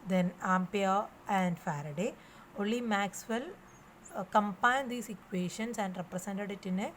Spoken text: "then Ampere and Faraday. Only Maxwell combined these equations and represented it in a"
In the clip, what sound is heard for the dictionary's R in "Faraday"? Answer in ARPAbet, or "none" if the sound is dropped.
R